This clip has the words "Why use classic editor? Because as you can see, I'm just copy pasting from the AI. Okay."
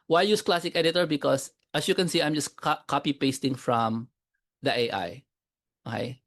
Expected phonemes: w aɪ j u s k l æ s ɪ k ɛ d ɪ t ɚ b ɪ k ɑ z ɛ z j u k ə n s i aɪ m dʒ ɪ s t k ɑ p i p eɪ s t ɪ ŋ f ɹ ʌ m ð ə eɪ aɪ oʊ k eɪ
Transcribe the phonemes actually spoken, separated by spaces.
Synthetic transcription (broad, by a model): w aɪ j u s k l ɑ s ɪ k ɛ d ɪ t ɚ b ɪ k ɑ s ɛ s j u k ə n s i aɪ m dʒ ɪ s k k ɑ p i p eɪ s t ɪ ŋ f ɹ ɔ m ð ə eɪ aɪ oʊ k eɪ